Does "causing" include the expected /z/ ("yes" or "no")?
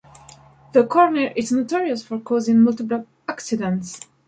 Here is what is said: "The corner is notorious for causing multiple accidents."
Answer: yes